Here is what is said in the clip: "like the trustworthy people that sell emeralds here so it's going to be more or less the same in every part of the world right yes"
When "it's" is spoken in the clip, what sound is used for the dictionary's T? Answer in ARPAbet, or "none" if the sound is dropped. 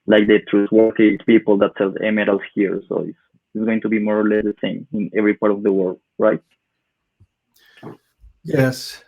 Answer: S